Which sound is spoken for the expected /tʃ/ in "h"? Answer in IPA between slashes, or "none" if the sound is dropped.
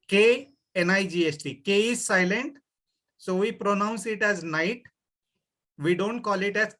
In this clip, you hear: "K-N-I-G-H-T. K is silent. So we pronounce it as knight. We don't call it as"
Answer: /s/